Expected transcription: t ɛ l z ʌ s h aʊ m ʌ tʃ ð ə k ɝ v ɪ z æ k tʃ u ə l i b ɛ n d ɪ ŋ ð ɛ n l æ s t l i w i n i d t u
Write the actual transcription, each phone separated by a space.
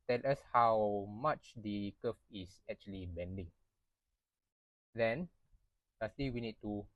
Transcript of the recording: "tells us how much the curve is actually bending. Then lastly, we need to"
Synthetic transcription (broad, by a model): t ɛ l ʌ s h aʊ m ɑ tʃ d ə k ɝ f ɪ s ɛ k tʃ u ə l i b ɛ n d ɪ ŋ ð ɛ n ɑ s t i w i n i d t u